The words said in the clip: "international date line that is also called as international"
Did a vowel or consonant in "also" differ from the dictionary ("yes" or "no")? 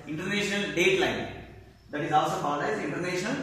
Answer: no